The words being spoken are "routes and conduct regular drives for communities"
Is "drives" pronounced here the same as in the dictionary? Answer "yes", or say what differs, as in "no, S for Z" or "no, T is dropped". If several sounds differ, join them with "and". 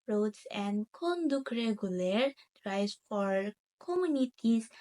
no, V is dropped